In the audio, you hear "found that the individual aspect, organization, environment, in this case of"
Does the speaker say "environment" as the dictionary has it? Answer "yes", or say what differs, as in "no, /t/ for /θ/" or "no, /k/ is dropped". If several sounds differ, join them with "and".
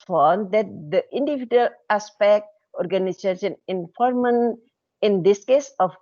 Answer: no, /f/ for /v/